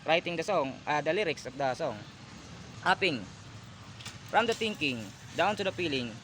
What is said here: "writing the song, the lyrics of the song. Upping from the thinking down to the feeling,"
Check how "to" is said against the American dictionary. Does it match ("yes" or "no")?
no